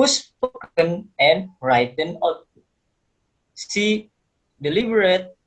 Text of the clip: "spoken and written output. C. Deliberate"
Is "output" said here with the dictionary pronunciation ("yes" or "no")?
no